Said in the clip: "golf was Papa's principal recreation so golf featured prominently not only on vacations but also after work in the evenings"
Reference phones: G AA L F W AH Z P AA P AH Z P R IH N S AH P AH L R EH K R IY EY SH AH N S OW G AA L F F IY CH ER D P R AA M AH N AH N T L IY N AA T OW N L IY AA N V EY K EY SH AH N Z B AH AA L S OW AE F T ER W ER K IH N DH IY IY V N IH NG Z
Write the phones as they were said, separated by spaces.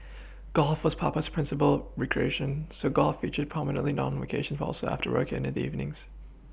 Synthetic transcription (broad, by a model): G AA L F W AH Z P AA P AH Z P R IH N S AH P AH L R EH K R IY EY SH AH N S OW G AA L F F IY CH ER D P R AA M AH N AH N T L IY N N AA N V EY K EY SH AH N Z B AA L S OW AE F T ER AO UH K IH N DH IY IY V N IH NG Z